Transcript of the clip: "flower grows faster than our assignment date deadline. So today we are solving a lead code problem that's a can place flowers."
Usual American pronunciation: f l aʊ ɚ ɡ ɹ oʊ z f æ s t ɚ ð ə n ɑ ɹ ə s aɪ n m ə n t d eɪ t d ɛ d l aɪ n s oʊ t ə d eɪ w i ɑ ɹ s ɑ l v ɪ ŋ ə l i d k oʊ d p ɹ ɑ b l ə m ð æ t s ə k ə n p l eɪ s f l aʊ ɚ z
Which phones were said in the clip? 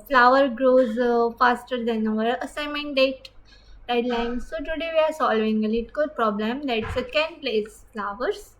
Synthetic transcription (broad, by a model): f l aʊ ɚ ɡ ɹ oʊ z f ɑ s t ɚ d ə n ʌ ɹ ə s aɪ m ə n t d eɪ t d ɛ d l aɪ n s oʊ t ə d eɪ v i ɑ ɹ s ɑ l v ɪ ŋ ə l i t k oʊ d p ɹ ɑ b l ə m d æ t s ə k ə n p l eɪ s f l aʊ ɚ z